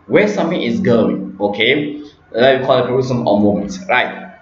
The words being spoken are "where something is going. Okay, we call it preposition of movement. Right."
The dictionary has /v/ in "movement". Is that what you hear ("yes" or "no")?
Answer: no